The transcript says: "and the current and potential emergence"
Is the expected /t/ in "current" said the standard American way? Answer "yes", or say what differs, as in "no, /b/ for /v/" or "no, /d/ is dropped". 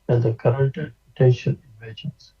yes